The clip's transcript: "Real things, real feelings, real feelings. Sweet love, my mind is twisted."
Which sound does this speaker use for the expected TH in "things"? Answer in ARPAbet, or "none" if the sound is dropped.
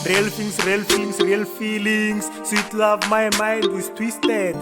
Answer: F